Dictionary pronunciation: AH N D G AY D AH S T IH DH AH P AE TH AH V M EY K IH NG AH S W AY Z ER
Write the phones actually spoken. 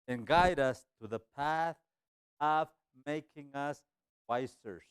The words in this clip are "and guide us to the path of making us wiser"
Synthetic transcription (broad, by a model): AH N G AY D AH S T IH DH AH P AE TH AH V M EY K IH NG AH S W AY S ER